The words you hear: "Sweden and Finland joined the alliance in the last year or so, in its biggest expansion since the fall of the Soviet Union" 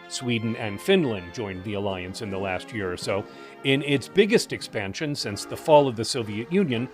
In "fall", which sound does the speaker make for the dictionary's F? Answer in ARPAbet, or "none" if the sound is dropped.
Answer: F